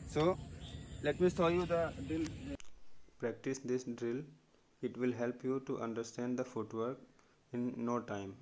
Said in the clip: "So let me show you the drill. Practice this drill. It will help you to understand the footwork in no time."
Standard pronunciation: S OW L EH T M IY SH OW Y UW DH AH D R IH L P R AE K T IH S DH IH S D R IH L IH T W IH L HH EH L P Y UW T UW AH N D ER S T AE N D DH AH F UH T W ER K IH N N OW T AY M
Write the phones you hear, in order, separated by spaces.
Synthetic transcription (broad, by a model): S OW L EH T M IY S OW Y UW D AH D R IH L P R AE K T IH S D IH S D R IH L IH T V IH L HH EH L P Y UW T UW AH N D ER S T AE N D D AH F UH T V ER K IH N N OW T AY M